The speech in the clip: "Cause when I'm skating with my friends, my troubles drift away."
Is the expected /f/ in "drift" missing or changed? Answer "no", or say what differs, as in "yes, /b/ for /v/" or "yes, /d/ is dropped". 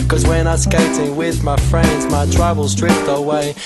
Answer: yes, /p/ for /f/